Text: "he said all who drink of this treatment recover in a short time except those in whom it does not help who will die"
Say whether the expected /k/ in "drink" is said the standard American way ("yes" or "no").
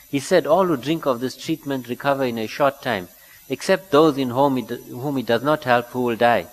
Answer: yes